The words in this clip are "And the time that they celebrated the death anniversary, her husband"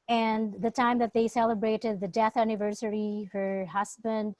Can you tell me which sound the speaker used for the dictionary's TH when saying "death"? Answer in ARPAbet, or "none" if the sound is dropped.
TH